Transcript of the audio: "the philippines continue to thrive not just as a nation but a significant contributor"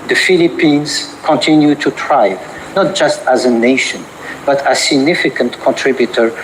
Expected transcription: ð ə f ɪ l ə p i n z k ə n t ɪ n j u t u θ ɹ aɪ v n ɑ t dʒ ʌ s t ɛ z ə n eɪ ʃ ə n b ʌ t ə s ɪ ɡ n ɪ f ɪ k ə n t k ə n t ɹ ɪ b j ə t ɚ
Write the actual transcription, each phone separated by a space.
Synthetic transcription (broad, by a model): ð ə f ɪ l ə p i n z k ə n t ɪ n j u t u t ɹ aɪ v n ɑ t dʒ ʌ s t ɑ z ə n eɪ ʃ ə n b ʌ t ə s ɪ ɡ n ɪ f ɪ k ə n t k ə n t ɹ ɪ b j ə t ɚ